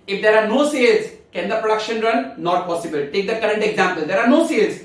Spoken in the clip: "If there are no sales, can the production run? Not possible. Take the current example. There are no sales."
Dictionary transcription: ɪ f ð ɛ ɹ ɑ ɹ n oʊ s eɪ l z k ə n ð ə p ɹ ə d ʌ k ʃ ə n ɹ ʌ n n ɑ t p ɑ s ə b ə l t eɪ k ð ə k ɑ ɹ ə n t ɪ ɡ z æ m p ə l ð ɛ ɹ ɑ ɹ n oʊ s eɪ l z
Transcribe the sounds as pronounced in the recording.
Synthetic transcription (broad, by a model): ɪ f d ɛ ɹ ɑ ɹ n oʊ s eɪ l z k ə n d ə p ɹ ə d ʌ k ʃ ə n ɹ ʌ n n ɑ t p ɑ s ə b ə l t eɪ k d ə k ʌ ɹ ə n t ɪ ɡ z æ m p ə l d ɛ ɹ ɑ ɹ n oʊ s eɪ l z